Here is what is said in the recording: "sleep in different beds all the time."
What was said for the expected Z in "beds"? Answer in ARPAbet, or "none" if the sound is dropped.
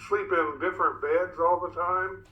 Z